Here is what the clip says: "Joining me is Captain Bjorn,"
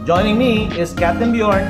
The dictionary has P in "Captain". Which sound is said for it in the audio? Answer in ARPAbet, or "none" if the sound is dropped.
none